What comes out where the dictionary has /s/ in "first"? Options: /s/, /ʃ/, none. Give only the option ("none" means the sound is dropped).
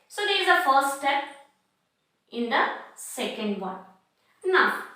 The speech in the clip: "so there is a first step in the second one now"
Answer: /s/